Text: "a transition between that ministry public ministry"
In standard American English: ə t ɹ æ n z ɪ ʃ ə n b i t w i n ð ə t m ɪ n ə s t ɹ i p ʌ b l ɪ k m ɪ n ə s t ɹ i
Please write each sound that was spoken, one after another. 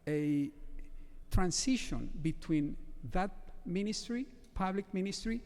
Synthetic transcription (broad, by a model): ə t ɹ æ n s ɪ ʃ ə n b i t w i n ð ə t m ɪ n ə s t ɹ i p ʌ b l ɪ k m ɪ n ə s t ɹ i